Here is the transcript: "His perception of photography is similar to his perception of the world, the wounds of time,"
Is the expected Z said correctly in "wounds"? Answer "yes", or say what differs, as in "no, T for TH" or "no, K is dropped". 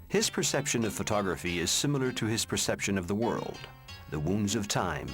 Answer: yes